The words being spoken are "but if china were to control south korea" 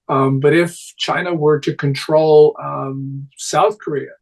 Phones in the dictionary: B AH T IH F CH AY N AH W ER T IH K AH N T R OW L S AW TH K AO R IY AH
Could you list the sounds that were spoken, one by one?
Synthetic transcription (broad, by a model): B AH T IH F CH AY N AH W ER T IH K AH N T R OW L S AW TH K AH R IY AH